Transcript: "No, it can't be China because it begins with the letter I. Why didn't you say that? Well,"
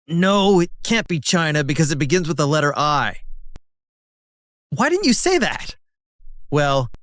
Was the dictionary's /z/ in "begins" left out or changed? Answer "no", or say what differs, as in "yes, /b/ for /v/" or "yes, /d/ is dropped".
no